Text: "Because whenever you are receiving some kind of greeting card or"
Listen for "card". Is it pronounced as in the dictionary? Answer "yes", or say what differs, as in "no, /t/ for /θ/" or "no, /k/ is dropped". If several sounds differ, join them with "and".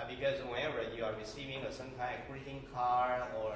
no, /d/ is dropped